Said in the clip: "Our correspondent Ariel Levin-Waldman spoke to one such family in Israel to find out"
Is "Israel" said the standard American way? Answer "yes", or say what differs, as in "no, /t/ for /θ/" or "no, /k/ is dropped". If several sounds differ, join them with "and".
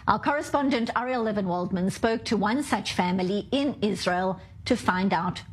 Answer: yes